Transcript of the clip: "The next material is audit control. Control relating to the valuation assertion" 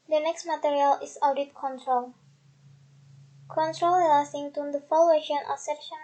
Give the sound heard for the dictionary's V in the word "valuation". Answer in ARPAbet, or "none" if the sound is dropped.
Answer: F